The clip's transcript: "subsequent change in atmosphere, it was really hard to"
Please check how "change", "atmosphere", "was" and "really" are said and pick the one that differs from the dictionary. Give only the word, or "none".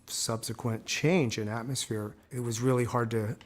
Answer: none